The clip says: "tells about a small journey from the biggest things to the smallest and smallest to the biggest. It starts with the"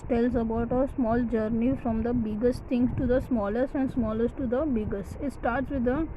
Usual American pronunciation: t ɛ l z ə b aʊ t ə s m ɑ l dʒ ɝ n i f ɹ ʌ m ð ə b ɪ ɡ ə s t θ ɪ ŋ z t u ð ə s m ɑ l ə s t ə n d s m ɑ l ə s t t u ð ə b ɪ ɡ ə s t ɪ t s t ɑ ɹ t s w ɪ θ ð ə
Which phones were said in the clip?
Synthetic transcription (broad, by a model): t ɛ l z ə b aʊ t ə s m ɑ l dʒ ɝ n i f ɹ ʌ m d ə b ɪ ɡ ə s t t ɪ ŋ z t u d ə s m ɑ l ə s t ə n d s m ɑ l ə s t t u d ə b ɪ ɡ ə s t ɪ t s t ɑ ɹ t s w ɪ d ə